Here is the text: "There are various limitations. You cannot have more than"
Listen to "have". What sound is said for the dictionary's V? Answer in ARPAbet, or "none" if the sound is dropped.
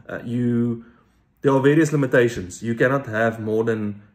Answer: V